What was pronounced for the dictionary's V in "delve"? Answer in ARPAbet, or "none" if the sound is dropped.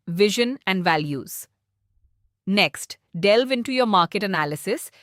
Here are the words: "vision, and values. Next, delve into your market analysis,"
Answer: V